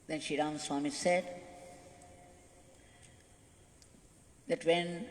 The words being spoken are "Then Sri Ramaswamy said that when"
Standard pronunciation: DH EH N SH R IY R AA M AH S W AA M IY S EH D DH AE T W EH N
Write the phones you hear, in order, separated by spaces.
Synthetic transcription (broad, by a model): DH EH N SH IY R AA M S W AA M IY S EH D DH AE T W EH N